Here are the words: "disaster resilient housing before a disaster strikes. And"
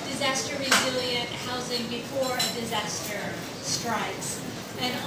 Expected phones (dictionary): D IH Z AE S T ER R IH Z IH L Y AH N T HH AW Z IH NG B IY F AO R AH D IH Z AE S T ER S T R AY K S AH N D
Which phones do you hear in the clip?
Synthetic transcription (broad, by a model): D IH Z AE S T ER R IH Z IH L Y AH N T HH AW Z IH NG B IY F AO R AH D IH Z AE S T ER S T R AY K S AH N